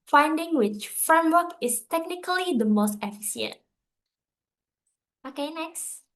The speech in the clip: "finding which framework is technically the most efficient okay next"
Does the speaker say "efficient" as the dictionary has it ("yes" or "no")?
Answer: no